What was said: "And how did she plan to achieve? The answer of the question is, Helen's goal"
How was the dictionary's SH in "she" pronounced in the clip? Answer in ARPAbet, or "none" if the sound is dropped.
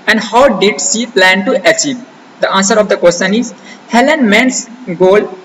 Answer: S